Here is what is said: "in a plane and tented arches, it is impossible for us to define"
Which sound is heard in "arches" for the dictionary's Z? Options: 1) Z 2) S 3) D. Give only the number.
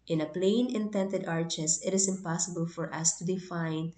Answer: 2